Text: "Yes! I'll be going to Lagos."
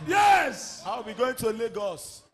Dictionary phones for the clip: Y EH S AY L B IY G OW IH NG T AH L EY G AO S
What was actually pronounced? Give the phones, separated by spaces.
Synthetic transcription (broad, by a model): Y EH S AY W B IY G OW IH NG T AH L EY G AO S